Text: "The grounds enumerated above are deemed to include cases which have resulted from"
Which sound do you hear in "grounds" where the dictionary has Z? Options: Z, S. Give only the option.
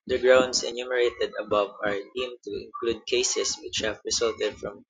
S